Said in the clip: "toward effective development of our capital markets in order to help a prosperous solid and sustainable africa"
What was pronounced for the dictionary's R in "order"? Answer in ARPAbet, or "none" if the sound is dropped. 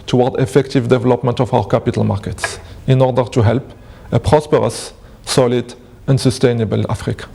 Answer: R